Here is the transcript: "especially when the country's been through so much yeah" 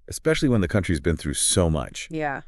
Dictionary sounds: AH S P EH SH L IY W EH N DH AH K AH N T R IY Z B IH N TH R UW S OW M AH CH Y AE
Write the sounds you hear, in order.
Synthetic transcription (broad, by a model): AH S P EH SH L IY W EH N DH AH K AH N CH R IY Z B IH N TH R UW S OW M AH CH Y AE